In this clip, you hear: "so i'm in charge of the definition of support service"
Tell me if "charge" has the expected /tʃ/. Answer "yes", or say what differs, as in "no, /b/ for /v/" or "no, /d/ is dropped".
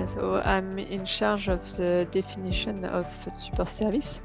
no, /ʃ/ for /tʃ/